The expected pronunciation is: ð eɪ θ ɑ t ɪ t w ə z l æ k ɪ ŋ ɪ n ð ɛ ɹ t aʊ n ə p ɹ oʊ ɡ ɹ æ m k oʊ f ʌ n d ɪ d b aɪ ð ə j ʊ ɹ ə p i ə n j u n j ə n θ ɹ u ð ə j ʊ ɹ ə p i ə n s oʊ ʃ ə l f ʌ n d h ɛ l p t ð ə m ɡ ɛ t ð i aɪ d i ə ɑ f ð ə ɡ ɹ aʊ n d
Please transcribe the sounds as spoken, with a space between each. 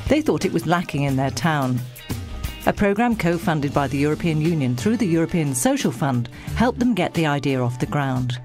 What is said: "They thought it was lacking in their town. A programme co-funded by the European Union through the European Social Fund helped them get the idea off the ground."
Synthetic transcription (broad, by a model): ð eɪ θ ɑ t ɪ t w ə z l æ k ɪ ŋ ɪ n ð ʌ ɹ t aʊ n ə p ɹ oʊ ɡ ɹ æ m k oʊ f ʌ n d ɪ d b aɪ ð ə j ʊ ɹ ə p i ə n j u n j ə n θ ɹ u ð ə j ʊ ɹ ə p i ə n s oʊ ʃ l f ʌ n d h ɛ l p ð ə m ɡ ɛ t ð i aɪ d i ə ɑ f ð ə ɡ ɹ aʊ n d